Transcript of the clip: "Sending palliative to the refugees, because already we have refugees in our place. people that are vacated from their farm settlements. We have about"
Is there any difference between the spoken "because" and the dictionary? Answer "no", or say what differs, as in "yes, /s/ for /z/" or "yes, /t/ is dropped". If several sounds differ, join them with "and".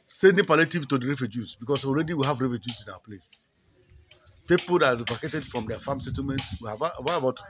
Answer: yes, /s/ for /z/